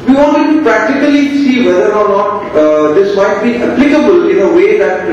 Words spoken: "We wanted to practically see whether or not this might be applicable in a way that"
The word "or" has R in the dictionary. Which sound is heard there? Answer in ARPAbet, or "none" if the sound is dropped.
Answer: R